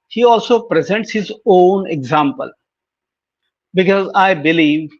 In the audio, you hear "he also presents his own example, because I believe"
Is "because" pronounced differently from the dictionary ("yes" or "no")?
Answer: no